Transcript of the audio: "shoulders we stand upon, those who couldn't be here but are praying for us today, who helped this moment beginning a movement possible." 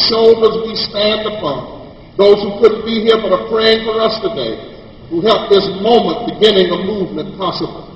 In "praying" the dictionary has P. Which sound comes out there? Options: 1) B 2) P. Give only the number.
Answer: 2